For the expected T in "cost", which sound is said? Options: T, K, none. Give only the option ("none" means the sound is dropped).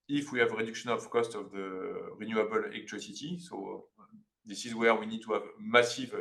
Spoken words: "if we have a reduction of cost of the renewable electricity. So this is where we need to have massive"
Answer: T